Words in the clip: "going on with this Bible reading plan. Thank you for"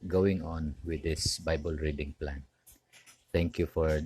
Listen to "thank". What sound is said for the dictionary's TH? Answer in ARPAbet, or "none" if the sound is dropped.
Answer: T